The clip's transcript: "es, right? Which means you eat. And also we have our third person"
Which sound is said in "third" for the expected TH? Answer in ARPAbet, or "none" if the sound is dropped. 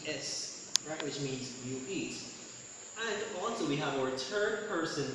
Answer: T